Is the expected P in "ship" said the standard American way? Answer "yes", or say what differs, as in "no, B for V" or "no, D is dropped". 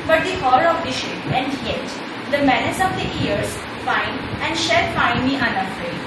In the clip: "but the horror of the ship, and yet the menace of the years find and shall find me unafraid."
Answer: no, P is dropped